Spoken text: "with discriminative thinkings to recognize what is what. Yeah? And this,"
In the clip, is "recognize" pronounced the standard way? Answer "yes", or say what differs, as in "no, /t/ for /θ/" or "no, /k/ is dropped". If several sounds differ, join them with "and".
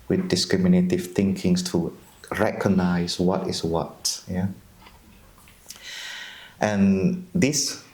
no, /s/ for /z/